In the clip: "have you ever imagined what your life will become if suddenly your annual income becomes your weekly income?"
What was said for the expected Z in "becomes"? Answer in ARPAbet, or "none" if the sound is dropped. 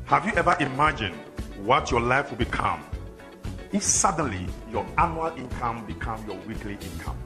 none